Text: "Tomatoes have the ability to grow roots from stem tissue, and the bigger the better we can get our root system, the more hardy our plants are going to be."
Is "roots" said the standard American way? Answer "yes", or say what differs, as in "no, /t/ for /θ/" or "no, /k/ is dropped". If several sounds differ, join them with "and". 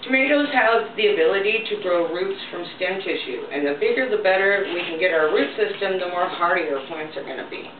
yes